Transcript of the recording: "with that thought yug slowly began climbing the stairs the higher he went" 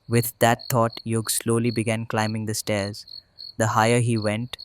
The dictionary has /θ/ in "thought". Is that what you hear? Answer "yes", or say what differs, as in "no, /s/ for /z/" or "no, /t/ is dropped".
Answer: no, /t/ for /θ/